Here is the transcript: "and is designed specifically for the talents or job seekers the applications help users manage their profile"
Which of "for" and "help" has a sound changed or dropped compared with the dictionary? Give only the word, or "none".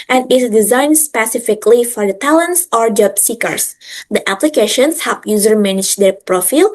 help